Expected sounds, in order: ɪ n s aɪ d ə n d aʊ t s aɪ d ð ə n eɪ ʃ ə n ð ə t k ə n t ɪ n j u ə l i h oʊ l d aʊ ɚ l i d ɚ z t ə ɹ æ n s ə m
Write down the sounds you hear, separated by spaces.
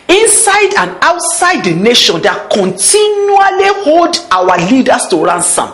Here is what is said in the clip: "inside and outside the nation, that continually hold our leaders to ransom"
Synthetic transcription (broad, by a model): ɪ n s aɪ d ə n aʊ t s aɪ d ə n eɪ ʃ ə n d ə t k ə n t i n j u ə l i h oʊ l d aʊ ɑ l i d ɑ s t ə ɹ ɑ n s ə m